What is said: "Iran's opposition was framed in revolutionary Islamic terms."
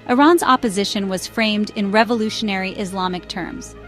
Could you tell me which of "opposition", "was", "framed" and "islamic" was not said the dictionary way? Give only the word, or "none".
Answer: none